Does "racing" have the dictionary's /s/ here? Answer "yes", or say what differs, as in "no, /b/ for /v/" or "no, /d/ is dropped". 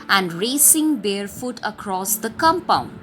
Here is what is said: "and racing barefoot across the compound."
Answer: yes